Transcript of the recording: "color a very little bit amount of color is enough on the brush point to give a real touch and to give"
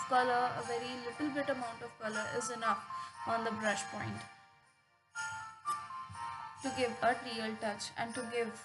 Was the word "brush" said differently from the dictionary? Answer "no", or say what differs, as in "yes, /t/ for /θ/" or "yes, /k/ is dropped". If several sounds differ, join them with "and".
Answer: no